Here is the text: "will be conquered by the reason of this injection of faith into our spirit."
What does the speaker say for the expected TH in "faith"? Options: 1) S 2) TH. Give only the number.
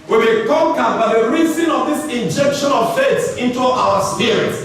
1